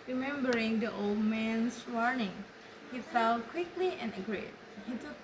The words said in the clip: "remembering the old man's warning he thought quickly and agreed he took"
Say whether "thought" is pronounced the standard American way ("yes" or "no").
no